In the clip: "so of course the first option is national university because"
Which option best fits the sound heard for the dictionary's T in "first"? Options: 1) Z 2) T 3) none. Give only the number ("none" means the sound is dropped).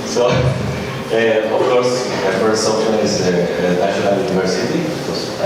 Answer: 3